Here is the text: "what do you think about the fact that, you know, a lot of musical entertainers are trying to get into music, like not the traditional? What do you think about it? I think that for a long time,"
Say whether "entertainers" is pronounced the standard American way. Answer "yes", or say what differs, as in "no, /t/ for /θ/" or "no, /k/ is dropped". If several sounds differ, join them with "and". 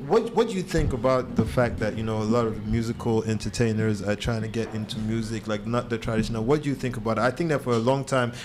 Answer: yes